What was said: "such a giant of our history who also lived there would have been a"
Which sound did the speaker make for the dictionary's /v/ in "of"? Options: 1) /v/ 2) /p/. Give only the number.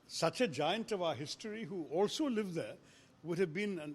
1